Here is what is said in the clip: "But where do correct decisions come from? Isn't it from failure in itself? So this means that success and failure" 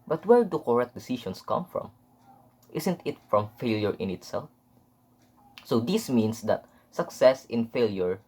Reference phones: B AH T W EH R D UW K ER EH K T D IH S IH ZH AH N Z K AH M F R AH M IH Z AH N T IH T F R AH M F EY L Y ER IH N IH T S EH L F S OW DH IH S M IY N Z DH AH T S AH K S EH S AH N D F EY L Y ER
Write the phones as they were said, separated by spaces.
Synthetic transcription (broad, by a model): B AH T W EH R D UW K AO EH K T D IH S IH SH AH N S K AH M F R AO M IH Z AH N T IH T F R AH M F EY L Y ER IH N IH T S EH L F S OW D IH S M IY N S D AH T S AH K S EH S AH N F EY L Y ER